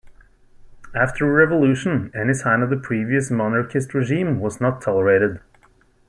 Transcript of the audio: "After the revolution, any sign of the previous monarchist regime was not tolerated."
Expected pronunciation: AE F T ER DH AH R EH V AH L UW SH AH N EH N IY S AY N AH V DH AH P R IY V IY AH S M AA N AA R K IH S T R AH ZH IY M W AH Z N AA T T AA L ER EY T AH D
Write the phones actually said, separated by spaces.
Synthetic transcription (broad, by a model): AE F T ER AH R EH V AH L UW SH AH N EH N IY S AY N AH V DH AH P R IY V IY AH S M AA N AA R K IH S T R AH ZH IY M W AH Z N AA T T AA L ER EY T AH D